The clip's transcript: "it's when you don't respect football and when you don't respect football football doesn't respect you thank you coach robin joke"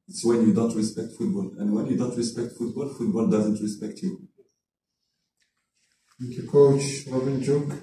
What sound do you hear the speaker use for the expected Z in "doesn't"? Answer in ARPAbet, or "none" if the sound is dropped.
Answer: Z